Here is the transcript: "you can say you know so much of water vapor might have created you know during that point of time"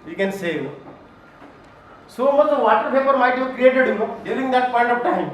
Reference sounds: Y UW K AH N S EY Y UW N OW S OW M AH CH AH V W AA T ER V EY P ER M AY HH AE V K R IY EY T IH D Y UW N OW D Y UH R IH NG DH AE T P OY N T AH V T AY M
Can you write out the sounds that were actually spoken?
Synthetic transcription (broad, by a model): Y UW K AH N S EY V S OW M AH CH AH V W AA T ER P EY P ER M AY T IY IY K R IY EY T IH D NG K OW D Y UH R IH NG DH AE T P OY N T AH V T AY M